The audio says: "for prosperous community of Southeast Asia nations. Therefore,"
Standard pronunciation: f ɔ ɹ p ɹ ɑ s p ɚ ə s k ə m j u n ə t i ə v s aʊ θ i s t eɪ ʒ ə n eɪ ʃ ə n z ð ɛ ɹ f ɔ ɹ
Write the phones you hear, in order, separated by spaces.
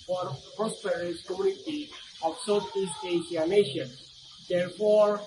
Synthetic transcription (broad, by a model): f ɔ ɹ p ɹ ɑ s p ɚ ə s k ə m j u n ə t i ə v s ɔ t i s eɪ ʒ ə n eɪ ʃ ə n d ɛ ɹ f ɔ ɹ